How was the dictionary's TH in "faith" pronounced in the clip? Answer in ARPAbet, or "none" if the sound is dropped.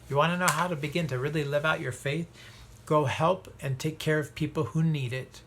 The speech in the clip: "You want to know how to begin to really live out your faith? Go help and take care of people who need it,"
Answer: TH